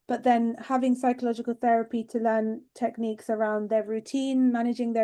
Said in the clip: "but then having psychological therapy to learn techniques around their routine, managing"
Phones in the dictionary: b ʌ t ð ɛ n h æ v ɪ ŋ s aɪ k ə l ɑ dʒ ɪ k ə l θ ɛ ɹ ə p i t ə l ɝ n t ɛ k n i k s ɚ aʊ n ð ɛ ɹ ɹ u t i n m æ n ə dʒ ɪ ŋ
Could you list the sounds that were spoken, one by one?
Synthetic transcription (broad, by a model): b ʌ t ð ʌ n h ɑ v ɪ ŋ s aɪ k ə l ɑ dʒ ɪ k ə l θ ɛ ɹ ə p i t ə l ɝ n t ɛ k n i k s ɚ aʊ n ð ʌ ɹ ɹ u t i n m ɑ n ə dʒ ɪ ŋ